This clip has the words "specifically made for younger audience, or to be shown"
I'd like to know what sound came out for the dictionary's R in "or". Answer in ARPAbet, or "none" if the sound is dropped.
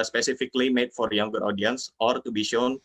R